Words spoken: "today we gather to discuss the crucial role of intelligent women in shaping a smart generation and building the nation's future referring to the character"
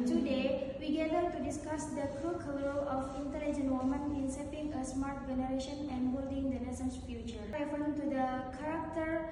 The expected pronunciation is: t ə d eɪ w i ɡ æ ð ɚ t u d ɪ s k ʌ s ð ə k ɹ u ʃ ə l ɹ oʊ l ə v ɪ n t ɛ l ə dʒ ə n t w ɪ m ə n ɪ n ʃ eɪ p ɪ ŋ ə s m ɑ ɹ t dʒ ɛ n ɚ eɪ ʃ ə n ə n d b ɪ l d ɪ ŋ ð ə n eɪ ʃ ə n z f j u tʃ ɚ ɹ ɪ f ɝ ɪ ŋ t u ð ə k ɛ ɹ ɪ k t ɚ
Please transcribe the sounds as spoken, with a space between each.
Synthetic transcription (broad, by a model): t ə d eɪ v i ɡ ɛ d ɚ t u d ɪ s k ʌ s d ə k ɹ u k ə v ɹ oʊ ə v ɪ n t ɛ l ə dʒ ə n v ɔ m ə n ɪ n s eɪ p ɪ ŋ ə s m ɑ ɹ t dʒ ɛ n ɚ eɪ ʃ ə n ə n d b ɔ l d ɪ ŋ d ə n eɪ s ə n s f j u tʃ ɚ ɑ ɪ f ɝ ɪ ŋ t u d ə k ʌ ɹ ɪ k t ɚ